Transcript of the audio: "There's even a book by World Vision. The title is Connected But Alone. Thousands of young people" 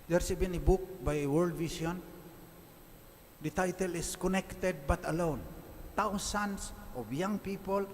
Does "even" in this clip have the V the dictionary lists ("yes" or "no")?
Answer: no